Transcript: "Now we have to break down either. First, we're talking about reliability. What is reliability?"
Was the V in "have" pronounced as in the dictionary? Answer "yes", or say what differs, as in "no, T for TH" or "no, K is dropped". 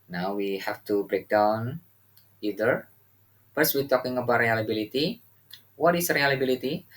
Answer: no, F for V